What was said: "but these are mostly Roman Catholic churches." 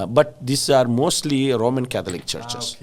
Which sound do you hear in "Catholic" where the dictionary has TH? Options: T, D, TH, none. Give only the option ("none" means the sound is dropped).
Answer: T